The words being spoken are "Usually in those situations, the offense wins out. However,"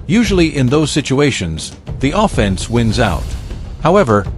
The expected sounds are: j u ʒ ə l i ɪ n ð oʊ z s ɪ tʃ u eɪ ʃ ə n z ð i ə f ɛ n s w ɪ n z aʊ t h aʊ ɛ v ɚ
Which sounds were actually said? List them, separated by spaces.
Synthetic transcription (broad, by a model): j u ʒ l i ɪ n ð oʊ z s ɪ tʃ u eɪ ʃ ə n z ð i ə f ɛ n s w ɪ n z aʊ t h aʊ ɛ v ɚ